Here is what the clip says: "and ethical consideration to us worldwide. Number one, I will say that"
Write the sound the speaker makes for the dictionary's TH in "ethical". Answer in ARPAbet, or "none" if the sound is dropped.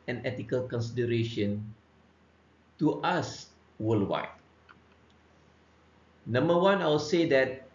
T